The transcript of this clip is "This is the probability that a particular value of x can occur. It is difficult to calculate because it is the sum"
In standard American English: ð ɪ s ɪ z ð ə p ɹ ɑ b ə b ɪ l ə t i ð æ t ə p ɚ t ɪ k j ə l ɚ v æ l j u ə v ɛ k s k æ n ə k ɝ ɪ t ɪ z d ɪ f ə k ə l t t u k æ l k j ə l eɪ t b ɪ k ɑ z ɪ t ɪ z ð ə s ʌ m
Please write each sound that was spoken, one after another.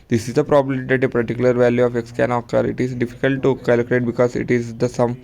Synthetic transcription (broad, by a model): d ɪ s ɪ z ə p ɹ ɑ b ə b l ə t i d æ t ə p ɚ t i k j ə l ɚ v æ l j u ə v ɛ k s k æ n ə k ɝ ɪ t ɪ z d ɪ f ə k ə l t t u k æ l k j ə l eɪ t b ɪ k ɑ z ɪ t ɪ z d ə s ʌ m